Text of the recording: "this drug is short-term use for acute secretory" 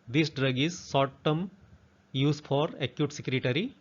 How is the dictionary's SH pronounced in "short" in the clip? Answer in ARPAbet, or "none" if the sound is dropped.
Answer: S